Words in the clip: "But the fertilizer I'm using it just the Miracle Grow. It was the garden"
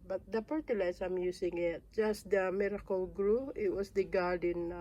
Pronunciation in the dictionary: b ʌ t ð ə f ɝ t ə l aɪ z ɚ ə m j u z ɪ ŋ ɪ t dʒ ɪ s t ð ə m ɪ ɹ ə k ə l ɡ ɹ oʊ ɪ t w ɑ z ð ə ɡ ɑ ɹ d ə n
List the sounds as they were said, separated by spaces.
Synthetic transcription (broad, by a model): b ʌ t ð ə p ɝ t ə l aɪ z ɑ ə m j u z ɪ ŋ ɪ t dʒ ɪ s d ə m ɪ ɹ ə k ə l ɡ ɹ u ɪ t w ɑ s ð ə ɡ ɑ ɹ d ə n